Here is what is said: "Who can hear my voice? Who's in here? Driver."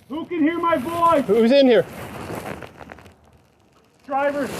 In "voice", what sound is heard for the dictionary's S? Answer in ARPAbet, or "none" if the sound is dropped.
none